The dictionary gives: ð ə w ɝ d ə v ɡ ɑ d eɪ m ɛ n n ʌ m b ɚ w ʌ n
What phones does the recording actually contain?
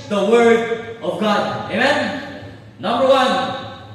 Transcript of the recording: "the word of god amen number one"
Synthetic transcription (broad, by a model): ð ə w ɝ d ə v ɡ ɑ d eɪ m ɛ n n ʌ m b ɚ w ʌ n